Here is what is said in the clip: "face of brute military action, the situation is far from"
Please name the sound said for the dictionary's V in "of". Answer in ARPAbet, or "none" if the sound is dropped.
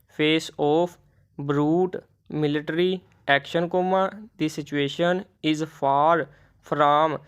P